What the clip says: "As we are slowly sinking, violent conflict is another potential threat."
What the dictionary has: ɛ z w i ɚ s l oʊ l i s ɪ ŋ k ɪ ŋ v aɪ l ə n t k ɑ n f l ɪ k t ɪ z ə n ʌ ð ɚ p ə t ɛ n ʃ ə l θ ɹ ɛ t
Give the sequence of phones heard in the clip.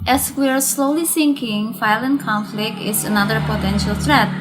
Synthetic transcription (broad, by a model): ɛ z w i ɚ s l oʊ l i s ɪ ŋ k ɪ ŋ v aɪ l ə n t k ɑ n f l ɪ k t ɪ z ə n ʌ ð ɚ p ə t ɛ n ʃ ə l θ ɹ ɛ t